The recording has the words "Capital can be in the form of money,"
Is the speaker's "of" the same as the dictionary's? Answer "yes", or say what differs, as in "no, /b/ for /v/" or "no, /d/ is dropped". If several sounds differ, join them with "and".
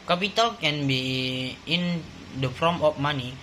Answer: no, /p/ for /v/